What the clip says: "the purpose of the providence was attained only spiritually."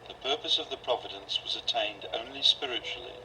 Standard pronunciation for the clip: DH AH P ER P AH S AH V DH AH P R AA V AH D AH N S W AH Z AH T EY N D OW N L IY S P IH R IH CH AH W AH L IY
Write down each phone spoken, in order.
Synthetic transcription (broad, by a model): DH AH P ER P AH S AH V DH AH P R AA V AH D AH N S W AH Z AH T EY N D OW N L IY S P IH R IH CH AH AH L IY